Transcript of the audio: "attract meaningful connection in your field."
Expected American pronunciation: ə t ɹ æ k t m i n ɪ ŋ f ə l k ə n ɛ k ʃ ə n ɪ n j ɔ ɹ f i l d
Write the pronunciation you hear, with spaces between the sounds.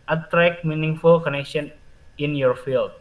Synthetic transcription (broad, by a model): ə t ɹ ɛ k m i n ɪ ŋ f ə l k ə n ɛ k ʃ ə n ɪ n j ɔ ɹ f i l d